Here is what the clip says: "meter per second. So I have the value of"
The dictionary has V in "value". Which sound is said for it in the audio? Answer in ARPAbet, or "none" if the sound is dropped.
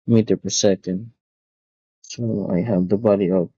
B